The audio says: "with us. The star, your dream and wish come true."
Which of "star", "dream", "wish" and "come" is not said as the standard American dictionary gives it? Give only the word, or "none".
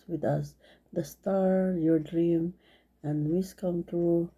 wish